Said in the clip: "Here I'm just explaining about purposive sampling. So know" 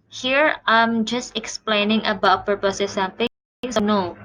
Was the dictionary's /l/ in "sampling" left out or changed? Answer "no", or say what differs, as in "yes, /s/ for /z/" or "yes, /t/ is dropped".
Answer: yes, /l/ is dropped